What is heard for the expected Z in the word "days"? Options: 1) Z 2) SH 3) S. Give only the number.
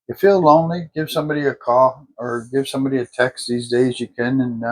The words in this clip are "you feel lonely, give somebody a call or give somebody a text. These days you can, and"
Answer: 1